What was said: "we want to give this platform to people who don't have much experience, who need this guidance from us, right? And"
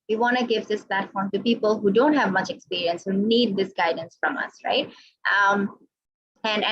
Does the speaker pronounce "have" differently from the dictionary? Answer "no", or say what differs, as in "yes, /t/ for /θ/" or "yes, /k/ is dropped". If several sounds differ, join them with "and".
no